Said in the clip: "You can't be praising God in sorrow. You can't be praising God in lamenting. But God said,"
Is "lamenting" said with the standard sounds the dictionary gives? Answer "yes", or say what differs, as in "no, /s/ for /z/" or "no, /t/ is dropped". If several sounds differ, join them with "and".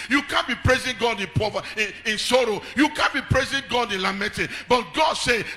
no, /n/ is dropped